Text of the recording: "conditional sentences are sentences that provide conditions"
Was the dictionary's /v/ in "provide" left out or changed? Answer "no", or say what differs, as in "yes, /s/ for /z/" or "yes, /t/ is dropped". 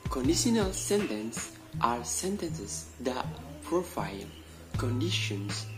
yes, /f/ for /v/